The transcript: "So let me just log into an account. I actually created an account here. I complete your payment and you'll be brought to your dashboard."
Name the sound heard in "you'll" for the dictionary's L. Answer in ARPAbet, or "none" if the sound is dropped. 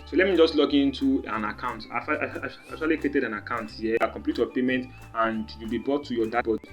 L